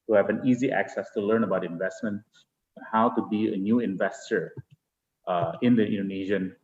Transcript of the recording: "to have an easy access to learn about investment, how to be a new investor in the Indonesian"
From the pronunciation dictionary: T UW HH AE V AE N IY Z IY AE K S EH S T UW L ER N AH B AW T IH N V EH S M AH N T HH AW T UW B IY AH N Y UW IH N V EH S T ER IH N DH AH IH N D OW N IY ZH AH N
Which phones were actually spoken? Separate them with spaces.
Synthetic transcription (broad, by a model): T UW HH AE V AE N IY Z IY AE K S EH S T UW L ER N AH B AW T IH N V EH S M AH N T HH AW T UW B IY AH N Y UW IH N V EH S T ER IH N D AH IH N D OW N IY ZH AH N